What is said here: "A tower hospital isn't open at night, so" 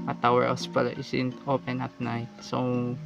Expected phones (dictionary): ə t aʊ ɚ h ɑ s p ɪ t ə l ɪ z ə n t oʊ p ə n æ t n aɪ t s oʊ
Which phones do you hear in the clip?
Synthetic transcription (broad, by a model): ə t aʊ ɚ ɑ s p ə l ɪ s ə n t oʊ p ə n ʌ t n aɪ t s oʊ